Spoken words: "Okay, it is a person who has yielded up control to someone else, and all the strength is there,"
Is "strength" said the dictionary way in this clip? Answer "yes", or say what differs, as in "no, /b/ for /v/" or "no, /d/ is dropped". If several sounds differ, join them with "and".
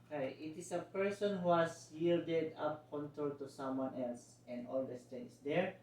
no, /ɹ/ is dropped